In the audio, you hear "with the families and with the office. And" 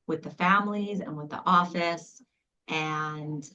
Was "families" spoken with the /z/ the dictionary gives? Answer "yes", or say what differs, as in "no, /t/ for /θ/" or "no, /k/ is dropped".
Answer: yes